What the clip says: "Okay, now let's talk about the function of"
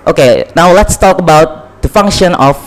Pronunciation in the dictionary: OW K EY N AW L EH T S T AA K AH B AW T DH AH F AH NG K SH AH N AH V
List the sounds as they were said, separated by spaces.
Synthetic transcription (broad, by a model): OW K EY N AW L EH T S T AA K AH B AW T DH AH F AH NG K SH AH N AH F